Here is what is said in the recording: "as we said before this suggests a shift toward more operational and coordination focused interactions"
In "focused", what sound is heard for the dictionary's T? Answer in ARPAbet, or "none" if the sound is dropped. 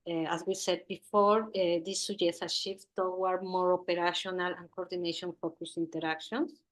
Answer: none